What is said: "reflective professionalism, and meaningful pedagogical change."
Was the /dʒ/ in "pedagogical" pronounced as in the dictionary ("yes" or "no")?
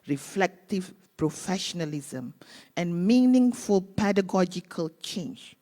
yes